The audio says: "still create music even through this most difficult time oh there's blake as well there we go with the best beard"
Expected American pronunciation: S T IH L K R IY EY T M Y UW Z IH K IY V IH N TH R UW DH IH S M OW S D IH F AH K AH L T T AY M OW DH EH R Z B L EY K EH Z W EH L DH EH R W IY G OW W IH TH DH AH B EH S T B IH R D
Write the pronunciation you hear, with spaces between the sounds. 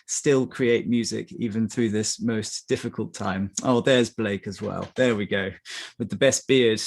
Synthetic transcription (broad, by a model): S T IH L K R IY EY T M Y UW Z IH K IY V IH N TH R UW DH IH S M OW S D IH F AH K AH L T T AY M OW DH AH R Z B L EY K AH Z W EH L DH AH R W IY G OW W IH DH AH B EH S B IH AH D